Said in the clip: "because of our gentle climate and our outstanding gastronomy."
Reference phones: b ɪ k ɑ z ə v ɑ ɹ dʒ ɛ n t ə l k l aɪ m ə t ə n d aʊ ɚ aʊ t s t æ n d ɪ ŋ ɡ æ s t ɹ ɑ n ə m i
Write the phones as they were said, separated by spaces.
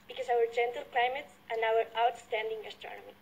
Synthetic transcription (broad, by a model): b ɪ k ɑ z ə w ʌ ɹ dʒ ɛ n t ə l k l aɪ m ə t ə n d aʊ ɚ aʊ t s t æ n d ɪ ŋ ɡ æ s t ɹ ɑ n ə m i